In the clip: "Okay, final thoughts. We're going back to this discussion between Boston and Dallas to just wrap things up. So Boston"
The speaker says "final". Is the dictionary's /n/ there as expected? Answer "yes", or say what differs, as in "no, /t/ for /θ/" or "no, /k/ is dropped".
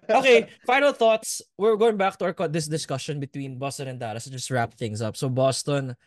yes